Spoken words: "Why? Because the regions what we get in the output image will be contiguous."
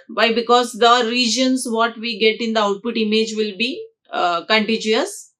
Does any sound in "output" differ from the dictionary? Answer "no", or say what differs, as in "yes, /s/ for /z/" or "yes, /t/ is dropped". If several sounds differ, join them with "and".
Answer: no